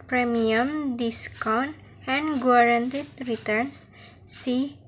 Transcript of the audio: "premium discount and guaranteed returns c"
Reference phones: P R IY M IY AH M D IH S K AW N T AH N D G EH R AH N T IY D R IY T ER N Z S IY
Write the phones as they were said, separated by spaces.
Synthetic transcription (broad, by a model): P R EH M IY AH M D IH S K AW N AH N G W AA R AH N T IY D R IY T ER N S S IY